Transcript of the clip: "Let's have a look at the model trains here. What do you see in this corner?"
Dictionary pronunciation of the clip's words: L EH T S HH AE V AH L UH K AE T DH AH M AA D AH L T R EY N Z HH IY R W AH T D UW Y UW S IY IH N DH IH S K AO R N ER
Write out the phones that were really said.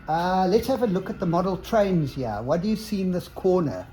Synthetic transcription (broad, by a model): L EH T S HH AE V AH L UH K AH T DH AH M AA D AH L T R EY N Z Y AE W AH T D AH Y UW S IY N DH IH S K AO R N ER